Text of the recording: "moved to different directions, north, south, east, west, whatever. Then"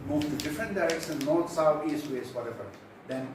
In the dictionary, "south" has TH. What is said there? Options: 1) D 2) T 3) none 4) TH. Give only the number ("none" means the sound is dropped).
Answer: 2